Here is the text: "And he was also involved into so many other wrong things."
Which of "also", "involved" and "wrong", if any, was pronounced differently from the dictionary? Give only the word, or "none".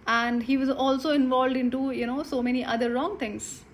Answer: none